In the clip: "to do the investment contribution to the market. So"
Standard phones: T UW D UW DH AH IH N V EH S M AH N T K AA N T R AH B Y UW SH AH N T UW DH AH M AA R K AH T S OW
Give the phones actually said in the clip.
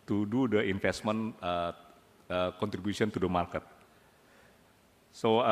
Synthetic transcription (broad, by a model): T UW D UW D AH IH N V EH S M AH N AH K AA N T R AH B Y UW S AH N T UW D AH M AA R K AH T S OW